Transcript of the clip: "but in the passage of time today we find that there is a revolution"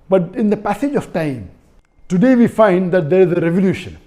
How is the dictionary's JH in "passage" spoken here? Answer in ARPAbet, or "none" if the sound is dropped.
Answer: JH